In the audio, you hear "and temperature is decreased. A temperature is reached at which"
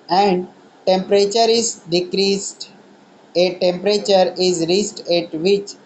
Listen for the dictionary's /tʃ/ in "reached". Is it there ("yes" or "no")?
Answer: no